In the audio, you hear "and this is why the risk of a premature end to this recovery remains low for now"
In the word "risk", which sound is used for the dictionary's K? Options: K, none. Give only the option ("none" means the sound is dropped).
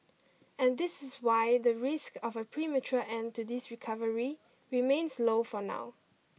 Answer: K